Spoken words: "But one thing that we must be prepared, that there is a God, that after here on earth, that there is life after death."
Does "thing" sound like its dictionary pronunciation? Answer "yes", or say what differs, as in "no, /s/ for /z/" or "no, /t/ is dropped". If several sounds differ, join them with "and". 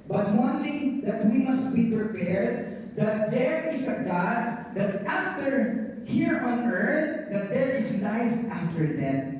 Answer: no, /t/ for /θ/